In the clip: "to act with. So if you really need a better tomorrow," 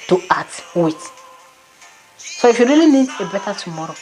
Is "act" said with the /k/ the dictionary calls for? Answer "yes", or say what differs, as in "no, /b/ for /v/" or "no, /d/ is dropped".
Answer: no, /k/ is dropped